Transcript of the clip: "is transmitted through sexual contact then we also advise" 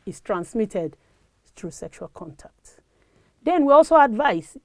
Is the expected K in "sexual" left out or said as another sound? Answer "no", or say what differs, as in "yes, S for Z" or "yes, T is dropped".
no